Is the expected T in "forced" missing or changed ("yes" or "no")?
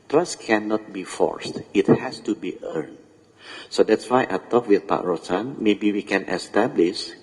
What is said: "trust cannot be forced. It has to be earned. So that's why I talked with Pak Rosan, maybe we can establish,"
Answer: no